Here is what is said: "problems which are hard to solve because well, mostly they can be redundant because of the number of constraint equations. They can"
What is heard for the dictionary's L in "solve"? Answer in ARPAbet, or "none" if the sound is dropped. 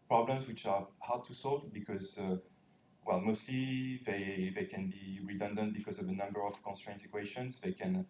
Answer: L